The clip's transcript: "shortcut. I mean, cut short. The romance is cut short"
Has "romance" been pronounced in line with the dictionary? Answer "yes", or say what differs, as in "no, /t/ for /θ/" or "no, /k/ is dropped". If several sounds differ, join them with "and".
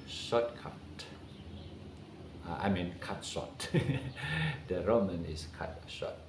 no, /s/ is dropped